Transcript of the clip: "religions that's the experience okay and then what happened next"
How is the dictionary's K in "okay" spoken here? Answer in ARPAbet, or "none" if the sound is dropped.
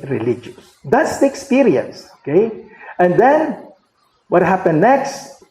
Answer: K